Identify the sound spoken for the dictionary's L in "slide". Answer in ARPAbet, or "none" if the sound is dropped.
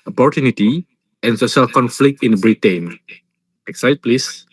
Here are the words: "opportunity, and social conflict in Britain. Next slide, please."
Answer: none